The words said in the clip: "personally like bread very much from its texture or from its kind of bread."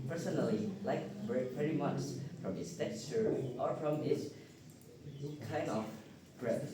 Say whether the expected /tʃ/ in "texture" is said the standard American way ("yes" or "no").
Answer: no